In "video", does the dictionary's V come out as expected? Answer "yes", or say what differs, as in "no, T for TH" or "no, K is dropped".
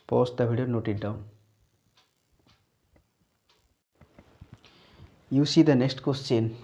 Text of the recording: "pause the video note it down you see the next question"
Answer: no, B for V